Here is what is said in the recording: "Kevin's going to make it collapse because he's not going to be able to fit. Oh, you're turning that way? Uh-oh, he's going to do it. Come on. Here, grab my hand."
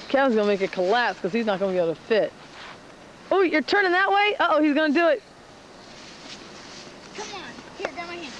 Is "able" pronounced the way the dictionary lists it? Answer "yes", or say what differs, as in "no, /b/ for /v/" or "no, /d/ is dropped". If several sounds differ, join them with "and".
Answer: no, /b/ is dropped